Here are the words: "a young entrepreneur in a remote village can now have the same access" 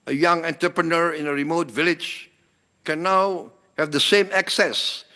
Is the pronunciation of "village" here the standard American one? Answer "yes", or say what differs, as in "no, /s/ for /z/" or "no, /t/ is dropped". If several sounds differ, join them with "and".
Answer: yes